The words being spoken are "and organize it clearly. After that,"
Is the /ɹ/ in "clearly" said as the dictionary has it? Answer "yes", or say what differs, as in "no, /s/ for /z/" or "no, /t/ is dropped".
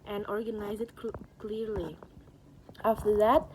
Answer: yes